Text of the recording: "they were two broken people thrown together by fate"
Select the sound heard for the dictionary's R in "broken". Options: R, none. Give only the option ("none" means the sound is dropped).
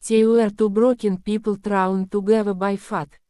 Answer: R